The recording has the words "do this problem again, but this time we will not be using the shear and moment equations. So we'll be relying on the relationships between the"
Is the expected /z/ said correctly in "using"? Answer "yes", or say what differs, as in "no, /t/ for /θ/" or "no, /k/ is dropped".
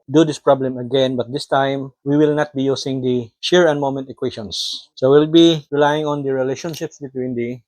no, /s/ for /z/